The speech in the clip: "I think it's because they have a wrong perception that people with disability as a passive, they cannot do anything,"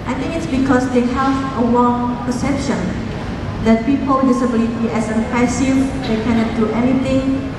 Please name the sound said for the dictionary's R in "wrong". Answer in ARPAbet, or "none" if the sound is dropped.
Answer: W